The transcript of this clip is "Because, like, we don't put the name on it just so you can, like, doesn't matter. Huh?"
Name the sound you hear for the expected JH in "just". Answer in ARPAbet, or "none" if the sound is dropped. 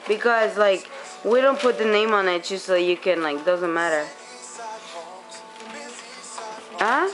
CH